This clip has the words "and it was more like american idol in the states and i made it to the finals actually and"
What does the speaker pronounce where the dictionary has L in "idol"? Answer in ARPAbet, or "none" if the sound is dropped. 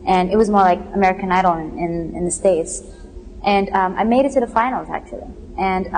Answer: N